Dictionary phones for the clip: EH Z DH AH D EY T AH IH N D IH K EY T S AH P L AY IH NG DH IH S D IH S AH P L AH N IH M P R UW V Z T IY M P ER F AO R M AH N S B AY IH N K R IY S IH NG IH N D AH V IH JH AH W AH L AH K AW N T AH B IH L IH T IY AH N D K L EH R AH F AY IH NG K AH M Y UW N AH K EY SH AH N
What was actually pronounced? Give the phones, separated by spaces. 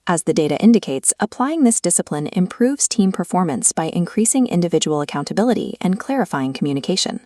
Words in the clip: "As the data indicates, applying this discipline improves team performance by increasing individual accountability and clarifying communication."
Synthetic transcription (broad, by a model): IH Z DH AH D EY T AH IH N D IH K EY T S AH P L AY IH NG DH IH S D IH S AH P L AH N IH M P R UW V Z T IY M P ER F AO R M AH N S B AY IH N K R IY S IH NG IH N D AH V IH JH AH W L AH K AW N T AH B IH L IH T IY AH N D K L EH R AH F AY IH NG K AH M Y UW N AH K EY SH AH N